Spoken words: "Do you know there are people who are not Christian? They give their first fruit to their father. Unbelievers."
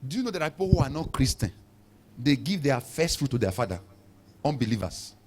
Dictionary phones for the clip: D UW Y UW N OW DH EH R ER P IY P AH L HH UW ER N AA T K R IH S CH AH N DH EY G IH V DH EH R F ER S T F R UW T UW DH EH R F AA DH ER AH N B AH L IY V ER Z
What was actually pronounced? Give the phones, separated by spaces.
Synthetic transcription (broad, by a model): D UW Y UW N OW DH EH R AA P IY P AH L HH UW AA N AA T K R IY S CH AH N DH EY G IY V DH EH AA F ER S T F R UW T UW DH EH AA F AA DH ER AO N B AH L IY V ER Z